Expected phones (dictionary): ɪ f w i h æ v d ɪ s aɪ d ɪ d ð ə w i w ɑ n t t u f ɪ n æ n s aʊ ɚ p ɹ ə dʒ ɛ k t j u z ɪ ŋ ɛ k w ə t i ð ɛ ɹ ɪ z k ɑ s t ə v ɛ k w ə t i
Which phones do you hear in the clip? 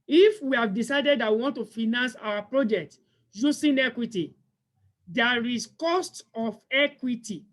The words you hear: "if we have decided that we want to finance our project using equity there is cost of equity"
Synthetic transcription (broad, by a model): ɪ f w i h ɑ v d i s aɪ d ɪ d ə w i w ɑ n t t u f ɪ n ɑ n s aʊ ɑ p ɹ ə dʒ ɛ k t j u s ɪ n ɛ k w ə t i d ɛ ɹ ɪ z k ɑ s t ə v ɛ k w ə t i